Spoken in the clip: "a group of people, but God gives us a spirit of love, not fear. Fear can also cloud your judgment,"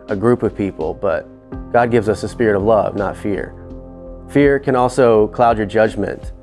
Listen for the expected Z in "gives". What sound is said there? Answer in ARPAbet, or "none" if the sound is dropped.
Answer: Z